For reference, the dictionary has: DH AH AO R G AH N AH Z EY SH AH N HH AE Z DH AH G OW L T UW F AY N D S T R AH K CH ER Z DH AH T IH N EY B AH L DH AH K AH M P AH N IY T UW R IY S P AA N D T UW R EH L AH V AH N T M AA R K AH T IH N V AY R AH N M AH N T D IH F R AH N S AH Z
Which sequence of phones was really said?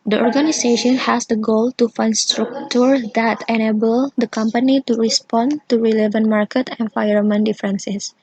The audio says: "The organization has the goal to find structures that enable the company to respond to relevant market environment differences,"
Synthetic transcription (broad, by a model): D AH AO R G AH N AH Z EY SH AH N HH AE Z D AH G OW L T UW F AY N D S T R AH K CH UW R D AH T IH N EY B AH L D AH K AH M P AH N IY T UW R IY S P AA N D T UW R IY L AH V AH N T M AA R K AH T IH N F AY AH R M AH N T D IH F R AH N S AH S